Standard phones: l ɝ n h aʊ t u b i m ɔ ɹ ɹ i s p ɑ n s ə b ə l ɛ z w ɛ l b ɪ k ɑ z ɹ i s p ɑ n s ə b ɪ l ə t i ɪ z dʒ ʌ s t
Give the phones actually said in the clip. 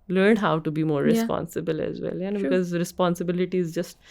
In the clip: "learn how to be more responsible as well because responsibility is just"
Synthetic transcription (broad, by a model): l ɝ n h aʊ t u b i m ɔ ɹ ɹ i s p ɑ n s ə b ə l ɛ z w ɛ l b ɪ k ɑ z ɹ i s p ɑ n s ə b ɪ l ə t i ɪ z dʒ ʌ s t